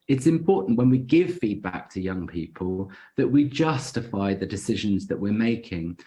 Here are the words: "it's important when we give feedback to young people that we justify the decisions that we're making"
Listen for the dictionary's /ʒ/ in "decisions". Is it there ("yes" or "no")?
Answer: yes